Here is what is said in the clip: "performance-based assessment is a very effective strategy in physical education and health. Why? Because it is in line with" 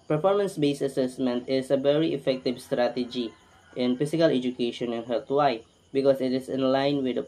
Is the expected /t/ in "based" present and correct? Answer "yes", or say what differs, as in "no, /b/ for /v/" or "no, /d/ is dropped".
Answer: no, /t/ is dropped